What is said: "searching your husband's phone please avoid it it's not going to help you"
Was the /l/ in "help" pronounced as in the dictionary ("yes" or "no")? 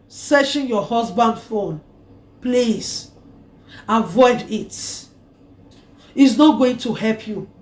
yes